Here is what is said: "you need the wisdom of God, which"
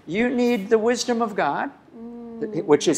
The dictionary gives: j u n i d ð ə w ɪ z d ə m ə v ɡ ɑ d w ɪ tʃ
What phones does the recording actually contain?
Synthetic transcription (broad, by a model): j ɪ n i d ð ə w ɪ z d ə m ə v ɡ ɑ d w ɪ tʃ